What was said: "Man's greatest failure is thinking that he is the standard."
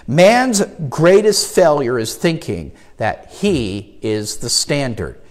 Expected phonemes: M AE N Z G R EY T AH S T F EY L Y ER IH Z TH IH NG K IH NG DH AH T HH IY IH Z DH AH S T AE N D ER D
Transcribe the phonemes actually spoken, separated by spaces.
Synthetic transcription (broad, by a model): M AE N Z G R EY T AH S T F EY L Y ER IH Z TH IH NG K IH NG DH AH T HH IY IH Z DH AH S T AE N D ER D